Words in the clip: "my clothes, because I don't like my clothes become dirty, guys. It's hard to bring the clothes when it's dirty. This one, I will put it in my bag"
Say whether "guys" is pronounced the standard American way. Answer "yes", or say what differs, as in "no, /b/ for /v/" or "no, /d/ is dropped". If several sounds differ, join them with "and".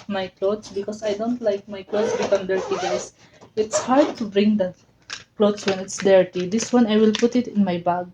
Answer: no, /s/ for /z/